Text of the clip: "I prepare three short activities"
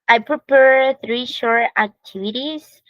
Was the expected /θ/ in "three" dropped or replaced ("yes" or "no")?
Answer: no